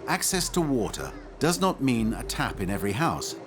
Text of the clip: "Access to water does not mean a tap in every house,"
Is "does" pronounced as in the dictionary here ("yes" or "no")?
yes